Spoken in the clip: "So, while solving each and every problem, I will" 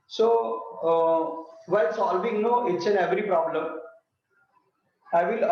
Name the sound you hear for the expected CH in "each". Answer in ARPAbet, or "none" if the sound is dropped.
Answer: S